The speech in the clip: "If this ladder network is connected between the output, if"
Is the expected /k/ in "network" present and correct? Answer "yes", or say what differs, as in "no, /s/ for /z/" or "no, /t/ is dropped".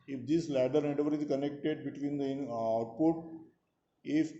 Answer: no, /k/ is dropped